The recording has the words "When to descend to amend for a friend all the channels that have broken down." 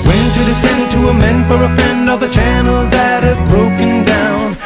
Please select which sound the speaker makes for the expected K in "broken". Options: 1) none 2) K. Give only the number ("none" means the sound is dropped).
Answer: 2